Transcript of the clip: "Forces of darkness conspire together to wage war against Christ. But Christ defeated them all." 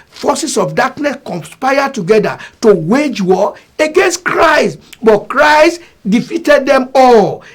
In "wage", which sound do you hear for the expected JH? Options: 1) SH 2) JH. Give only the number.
2